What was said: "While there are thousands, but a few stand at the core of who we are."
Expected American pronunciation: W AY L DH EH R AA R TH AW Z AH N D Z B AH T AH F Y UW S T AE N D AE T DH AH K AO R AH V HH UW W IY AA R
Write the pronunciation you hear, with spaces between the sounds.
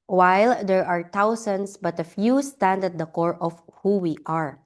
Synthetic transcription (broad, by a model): W AY L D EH R AA R T AW S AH N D S B AH T AH F Y UW S T AE N D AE T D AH K AO R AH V HH UW W IY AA R